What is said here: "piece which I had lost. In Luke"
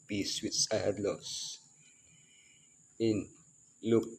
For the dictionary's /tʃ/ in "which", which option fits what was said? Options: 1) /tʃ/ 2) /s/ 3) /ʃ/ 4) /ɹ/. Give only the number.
2